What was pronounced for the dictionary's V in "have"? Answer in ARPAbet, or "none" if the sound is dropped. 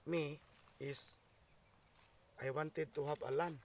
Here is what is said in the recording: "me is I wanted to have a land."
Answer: B